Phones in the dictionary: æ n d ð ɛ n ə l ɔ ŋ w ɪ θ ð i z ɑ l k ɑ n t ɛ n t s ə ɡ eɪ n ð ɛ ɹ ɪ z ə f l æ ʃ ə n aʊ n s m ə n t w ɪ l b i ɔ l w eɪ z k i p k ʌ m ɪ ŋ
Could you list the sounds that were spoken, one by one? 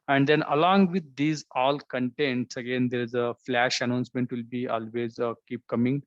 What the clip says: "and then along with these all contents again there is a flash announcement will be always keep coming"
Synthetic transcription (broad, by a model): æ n d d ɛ n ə l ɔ ŋ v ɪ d i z ɑ l k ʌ n t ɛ n t s ə ɡ eɪ n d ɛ ɹ ɪ z ə f l æ ʃ ə n aʊ n s m ə n t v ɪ l b i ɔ l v eɪ z k i p k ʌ m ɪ ŋ